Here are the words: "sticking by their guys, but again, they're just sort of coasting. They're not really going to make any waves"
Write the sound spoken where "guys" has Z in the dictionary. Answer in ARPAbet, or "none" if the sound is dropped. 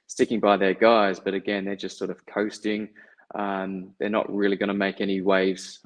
Z